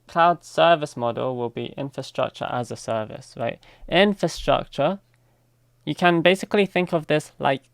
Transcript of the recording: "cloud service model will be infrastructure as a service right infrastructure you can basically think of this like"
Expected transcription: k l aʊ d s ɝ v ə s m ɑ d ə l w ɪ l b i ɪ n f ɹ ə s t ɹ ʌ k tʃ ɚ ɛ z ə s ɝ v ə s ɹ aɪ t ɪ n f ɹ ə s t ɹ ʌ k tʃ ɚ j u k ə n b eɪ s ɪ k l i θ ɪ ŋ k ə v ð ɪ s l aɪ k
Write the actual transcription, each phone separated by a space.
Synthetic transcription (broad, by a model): k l aʊ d s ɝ v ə s m ɑ d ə l w ɪ l b i ɪ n f ɹ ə s t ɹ ʌ k tʃ ɚ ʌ z ə s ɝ v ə s ɹ aɪ t ɪ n f ɹ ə s t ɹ ʌ k tʃ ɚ j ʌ k ə n b eɪ s ɪ k l i θ ɪ ŋ k ə v ð ɪ s l aɪ k